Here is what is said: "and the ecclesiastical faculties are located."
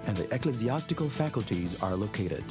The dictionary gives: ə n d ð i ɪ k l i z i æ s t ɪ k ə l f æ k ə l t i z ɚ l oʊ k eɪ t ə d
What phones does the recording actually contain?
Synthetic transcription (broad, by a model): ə n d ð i ɪ k l i z i æ s t ɪ k ə l f æ k ə l t i z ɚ l oʊ k eɪ t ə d